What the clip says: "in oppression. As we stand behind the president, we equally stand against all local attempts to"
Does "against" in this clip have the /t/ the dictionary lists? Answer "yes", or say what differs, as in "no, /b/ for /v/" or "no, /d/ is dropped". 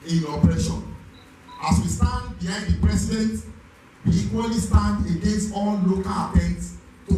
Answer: no, /t/ is dropped